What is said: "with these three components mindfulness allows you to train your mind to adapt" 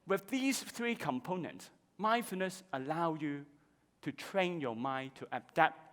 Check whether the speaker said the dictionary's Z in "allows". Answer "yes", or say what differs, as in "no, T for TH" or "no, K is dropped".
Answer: no, Z is dropped